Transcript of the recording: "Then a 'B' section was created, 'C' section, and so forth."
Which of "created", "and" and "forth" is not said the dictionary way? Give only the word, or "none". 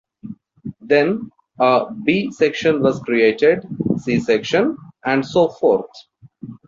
forth